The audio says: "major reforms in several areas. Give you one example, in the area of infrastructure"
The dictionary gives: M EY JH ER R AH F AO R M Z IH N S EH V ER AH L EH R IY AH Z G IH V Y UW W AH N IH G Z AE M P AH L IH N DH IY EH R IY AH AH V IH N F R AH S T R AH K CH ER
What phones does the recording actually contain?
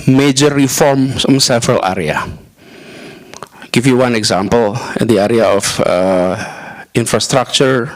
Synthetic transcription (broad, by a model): M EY JH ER R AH F AO R M S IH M S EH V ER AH L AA R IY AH G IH F Y UW W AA N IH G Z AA M P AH L IH N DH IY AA R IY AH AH F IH N F R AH S T R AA K CH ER